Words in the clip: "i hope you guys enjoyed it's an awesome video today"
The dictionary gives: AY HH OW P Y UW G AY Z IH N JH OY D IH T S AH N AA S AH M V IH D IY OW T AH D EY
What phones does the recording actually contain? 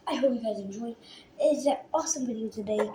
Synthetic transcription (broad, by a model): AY HH OW P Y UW G AY Z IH N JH OY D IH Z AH AA S AH M B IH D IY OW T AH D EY